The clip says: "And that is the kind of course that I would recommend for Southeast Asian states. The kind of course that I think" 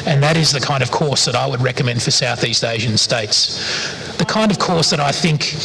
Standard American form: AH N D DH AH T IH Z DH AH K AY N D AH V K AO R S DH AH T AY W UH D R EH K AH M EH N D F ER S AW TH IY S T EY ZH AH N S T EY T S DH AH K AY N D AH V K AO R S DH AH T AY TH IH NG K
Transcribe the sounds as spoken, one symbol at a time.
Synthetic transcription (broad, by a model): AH N DH AH T IH Z DH AH K AY N D AH V K AO R S DH AH T AY W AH D R EH K AH M EH N D F ER S AW TH IY S T EY ZH AH N S T EY T S DH AH K AY N D AH V K AO R S DH AH T AY TH IH NG K